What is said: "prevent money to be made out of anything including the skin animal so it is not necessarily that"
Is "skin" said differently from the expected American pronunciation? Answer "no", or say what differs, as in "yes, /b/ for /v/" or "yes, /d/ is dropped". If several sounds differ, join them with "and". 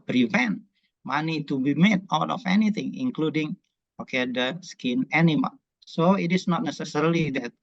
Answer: no